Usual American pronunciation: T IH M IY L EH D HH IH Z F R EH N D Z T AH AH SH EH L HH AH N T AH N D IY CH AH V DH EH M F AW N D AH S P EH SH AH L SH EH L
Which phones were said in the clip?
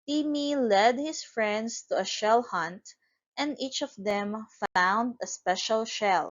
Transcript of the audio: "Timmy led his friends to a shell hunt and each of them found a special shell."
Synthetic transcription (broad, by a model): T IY M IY L EH D HH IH S F R EH N D S T AH AH SH EH L HH AH N T AH N D IY CH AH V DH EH M F AW N D AH S P EH SH AH L SH EH L